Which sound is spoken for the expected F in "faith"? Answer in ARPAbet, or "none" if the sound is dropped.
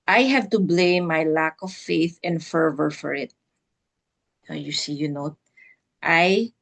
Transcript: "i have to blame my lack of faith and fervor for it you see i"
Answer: F